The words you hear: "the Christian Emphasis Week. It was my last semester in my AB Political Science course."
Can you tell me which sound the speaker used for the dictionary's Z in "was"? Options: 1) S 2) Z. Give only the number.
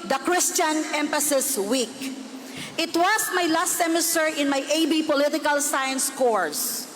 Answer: 1